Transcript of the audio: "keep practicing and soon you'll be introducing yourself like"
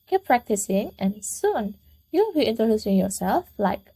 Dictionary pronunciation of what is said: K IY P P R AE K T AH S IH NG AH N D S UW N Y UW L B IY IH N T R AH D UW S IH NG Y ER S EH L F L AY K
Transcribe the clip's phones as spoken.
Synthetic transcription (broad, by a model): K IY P P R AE K T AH S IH NG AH N S UW N Y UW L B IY IH N T R AH D UW S IH NG Y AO S EH L F L AY K